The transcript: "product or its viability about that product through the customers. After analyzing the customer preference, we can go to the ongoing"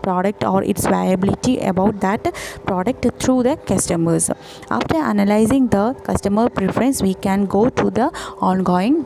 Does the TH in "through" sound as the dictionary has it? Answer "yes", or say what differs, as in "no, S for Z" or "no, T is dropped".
no, T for TH